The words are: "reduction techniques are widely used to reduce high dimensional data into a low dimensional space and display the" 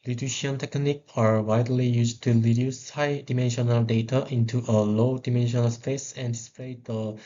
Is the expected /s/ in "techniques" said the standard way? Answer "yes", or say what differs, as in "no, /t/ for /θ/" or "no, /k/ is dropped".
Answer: no, /s/ is dropped